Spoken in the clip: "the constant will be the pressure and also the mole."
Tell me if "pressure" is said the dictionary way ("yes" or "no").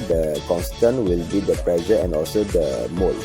no